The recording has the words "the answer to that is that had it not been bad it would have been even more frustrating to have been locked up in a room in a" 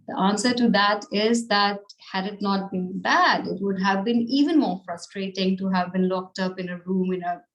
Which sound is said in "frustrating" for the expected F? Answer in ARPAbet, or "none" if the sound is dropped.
F